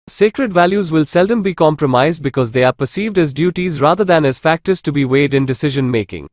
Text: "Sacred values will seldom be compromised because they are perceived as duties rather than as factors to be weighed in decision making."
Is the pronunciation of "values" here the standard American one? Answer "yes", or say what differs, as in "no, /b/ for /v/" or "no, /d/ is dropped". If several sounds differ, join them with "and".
yes